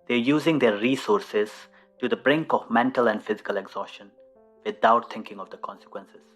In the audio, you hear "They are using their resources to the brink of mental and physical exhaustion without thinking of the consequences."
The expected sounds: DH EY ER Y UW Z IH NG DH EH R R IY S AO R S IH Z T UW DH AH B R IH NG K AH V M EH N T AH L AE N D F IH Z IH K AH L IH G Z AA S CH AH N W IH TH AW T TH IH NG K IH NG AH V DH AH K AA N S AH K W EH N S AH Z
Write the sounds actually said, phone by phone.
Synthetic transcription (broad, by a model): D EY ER Y UW Z IH NG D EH R R IY S AO R S IH Z T UW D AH B R IH NG K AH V M EH N T AH L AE N D F IH Z IH K AH L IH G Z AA S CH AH N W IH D AW T T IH NG K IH NG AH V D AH K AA N S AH K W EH N S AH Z